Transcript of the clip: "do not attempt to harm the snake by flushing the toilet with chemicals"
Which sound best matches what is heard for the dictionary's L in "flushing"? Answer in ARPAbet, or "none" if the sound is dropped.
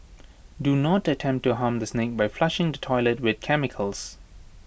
L